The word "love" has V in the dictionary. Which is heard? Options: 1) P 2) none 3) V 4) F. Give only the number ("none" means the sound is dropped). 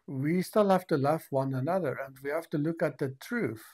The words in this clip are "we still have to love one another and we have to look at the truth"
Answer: 4